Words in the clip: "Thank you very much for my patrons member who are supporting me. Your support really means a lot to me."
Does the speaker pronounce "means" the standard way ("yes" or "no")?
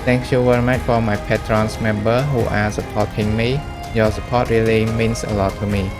no